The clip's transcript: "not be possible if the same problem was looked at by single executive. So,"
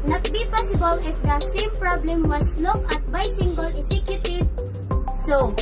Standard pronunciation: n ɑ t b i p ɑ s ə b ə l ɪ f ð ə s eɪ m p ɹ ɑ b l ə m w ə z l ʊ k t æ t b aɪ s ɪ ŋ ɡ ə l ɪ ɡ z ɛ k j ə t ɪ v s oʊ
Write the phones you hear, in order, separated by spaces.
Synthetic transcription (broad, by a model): n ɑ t b i p ɑ s ə b ə l ɪ f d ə s eɪ m p ɹ ɑ b l ə m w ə s l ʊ k ɑ t b aɪ s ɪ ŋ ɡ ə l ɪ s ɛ k j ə t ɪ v s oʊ